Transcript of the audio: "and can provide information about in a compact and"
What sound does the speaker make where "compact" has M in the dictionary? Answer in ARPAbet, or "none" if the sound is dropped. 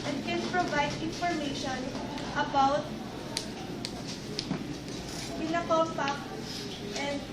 none